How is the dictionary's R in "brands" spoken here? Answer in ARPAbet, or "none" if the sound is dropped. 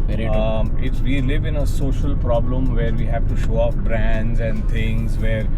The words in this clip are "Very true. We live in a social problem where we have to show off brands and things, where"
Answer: R